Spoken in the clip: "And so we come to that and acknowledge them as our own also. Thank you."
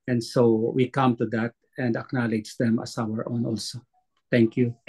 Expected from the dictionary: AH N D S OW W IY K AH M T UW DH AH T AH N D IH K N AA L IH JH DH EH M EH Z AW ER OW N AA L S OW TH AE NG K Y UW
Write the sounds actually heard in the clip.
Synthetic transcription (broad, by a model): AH N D S OW W IY K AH M T UW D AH T AH N D IH K N AA L IH JH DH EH M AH S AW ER OW N AA L S OW T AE NG K Y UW